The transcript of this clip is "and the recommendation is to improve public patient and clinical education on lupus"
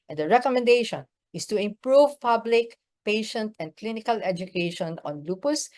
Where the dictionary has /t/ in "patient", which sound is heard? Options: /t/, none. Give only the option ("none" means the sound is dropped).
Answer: /t/